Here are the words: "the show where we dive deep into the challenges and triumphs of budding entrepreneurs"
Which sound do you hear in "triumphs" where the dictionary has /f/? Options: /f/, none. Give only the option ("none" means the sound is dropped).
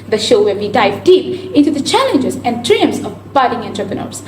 none